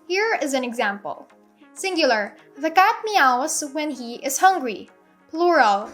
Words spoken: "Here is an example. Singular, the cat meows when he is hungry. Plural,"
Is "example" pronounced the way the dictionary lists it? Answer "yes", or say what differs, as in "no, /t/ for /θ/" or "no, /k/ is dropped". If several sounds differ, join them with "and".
yes